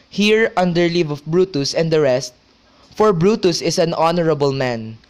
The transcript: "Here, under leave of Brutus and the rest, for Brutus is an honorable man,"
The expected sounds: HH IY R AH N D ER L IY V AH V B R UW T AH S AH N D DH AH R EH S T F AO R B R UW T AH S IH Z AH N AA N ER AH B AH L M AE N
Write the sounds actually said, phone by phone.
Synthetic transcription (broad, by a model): HH IY R AH N D ER L IY V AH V B R UW T AH S AH N D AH R EH S T F AO R B R UW T AH S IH S AH N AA N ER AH B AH L M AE N